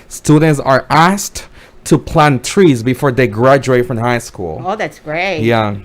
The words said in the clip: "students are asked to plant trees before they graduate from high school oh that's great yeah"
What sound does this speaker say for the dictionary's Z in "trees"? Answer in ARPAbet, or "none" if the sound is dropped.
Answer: Z